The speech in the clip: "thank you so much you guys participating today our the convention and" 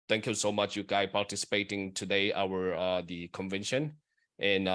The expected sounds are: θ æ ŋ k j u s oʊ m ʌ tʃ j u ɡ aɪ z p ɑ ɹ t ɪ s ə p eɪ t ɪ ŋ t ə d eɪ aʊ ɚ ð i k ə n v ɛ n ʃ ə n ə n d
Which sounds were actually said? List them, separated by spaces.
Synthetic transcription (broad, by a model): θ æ ŋ k j u s oʊ m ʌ tʃ j u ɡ aɪ p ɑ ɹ t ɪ s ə p eɪ t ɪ ŋ t ə d eɪ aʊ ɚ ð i k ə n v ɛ n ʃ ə n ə n